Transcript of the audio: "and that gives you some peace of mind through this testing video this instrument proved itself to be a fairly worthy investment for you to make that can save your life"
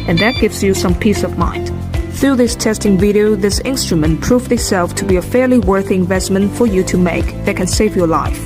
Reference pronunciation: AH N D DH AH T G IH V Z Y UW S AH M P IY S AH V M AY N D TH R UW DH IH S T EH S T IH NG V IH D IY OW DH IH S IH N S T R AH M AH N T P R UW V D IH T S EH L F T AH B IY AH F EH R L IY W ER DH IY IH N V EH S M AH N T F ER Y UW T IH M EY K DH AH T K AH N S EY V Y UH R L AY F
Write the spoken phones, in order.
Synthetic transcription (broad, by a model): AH N DH AH T G IH V Z Y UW S AH M P IY S AH V M AY N D TH R UW DH IH S T EH S T IH NG V IH D IY OW DH IH S IH N S T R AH M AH N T P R UW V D IH T S EH L F T AH B IY AH F EH R L IY W ER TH IY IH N V EH S M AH N T F ER Y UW T IH M EY K DH AH T K AH N S EY V Y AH R L AY F